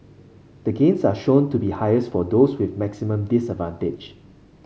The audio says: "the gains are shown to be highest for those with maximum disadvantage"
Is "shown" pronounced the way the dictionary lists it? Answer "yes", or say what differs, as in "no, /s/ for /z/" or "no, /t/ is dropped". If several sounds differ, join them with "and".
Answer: yes